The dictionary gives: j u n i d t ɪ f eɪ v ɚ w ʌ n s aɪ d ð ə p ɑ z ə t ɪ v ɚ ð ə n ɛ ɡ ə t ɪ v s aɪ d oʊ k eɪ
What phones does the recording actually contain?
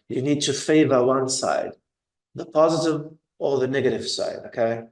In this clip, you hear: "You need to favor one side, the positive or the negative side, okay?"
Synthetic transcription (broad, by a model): j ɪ n i d t ɪ f eɪ v ɚ w ʌ n s aɪ d ð ə p ɑ z ə t ɪ v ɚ ð ə n ɛ ɡ ə t ɪ v s aɪ d oʊ k eɪ